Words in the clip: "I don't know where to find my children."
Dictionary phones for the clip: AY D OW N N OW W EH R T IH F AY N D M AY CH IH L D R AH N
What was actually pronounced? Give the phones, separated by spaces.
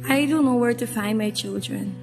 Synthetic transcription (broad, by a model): AY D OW L N OW W EH R T IH F AY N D M AY CH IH L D R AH N